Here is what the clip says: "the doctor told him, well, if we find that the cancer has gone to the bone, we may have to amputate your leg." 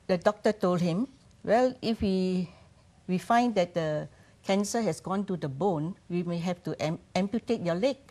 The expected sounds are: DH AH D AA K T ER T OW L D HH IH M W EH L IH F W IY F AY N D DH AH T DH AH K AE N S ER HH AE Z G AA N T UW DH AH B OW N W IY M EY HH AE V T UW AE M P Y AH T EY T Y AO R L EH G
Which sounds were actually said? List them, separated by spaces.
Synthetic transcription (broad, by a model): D AH D AA K T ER T OW L D HH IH M W EH L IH F W IY F AY N D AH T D AH K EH N S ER HH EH S G AA N T UW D AH B OW N W IY M EY HH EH F T UW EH M P Y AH T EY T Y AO L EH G